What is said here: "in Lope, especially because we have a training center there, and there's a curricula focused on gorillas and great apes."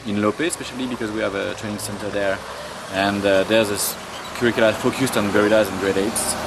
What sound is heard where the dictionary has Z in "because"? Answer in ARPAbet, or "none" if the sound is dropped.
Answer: Z